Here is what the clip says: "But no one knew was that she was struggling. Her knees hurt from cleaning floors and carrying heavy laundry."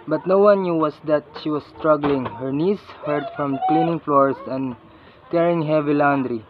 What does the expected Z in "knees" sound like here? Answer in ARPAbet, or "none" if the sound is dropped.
S